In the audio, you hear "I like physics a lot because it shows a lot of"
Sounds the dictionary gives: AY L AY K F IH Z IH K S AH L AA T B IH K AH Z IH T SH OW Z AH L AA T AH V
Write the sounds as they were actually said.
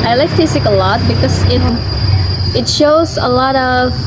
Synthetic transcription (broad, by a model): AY L AY K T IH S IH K AH L AA T B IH K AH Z IH T SH OW Z AH L AA T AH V